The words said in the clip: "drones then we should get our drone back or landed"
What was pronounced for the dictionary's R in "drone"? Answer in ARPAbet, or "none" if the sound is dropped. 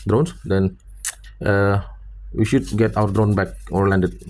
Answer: R